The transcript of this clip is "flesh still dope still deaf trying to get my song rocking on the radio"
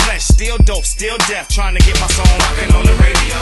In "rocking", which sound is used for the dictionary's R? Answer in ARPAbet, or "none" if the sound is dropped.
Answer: L